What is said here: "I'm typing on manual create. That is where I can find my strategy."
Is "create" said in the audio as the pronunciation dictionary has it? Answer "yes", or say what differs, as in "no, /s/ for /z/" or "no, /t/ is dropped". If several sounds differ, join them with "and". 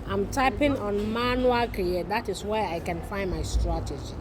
no, /ɹ/ is dropped